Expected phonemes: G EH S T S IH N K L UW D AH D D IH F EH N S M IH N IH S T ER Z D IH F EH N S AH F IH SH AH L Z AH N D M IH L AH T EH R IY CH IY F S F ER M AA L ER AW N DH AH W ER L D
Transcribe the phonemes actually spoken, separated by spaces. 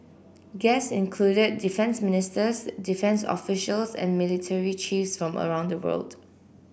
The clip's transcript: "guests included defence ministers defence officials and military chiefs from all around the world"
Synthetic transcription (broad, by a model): G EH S S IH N K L UW D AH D D IH F EH N S M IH N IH S T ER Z D IH F EH N S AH F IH SH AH L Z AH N M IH L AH T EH R IY CH IY F S F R AA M ER AW N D AH W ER L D